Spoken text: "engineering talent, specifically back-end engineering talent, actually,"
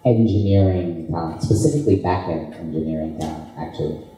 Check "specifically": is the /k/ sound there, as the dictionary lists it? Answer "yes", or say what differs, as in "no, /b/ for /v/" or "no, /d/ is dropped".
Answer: yes